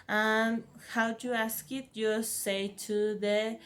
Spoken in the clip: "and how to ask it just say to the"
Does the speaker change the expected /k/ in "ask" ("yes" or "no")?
no